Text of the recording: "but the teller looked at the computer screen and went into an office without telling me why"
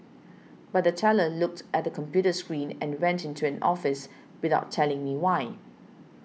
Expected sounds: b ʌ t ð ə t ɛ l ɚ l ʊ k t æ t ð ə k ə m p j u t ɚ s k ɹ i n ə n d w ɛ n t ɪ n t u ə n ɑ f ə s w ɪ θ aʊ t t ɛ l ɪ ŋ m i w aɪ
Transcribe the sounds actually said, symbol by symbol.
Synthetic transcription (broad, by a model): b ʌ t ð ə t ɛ l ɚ l ʊ k t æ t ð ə k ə m p j u t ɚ s k ɹ i n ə n w ɛ n t ɪ n t u ə n ɑ f ə s w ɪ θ aʊ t t ɛ l ɪ ŋ m i w aɪ